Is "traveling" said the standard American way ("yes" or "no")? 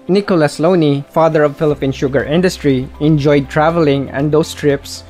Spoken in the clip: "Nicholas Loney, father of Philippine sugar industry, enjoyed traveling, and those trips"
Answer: yes